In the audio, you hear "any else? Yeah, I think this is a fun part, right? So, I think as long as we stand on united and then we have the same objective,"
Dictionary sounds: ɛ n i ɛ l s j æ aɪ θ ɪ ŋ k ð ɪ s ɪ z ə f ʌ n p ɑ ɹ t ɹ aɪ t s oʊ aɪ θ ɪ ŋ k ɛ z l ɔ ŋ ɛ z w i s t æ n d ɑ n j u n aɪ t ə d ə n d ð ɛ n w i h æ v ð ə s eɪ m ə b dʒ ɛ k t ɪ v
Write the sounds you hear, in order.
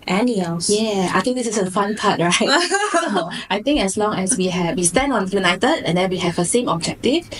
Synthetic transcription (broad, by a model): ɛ n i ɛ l j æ aɪ t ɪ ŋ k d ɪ s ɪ s ə f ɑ n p ɑ t ɹ aɪ t s oʊ aɪ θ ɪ ŋ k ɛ s l ɔ ŋ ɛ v w i s t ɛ n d ɑ n j u n aɪ t ə d ə n d ɛ n w i h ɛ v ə s eɪ m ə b dʒ ɛ k t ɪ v